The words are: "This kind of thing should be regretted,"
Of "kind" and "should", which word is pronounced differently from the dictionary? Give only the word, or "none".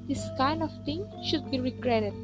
none